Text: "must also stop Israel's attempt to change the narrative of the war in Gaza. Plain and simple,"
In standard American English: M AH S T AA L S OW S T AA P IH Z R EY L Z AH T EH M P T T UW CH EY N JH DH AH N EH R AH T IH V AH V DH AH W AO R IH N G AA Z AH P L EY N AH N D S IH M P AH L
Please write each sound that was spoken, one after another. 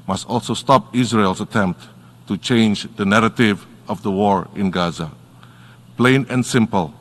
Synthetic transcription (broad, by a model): M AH S T AA L S OW S T AA P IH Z R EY L S AH T EH M P T T UW CH EY N JH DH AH N EH R AH T IH V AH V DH AH W AO R IH N G AA Z AH P L EY N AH N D S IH M P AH L